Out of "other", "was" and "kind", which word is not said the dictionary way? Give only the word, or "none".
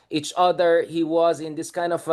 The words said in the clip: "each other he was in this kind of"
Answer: none